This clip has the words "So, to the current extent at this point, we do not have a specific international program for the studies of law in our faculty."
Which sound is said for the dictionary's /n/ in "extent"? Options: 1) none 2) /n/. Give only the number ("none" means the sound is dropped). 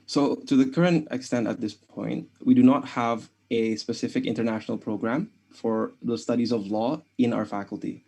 2